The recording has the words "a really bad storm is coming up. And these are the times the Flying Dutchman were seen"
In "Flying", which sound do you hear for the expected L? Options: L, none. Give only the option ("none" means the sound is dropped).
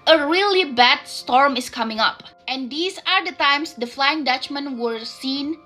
L